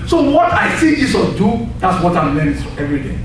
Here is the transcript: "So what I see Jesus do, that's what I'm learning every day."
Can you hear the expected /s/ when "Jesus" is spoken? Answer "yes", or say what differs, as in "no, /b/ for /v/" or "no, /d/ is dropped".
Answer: no, /s/ is dropped